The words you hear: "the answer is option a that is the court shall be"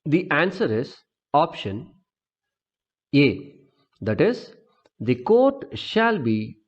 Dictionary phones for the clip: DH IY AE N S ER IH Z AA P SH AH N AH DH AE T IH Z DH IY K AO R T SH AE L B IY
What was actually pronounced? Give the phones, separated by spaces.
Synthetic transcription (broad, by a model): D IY AE N S ER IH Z AA P SH AH N AH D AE T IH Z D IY K AO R T SH AE L B IY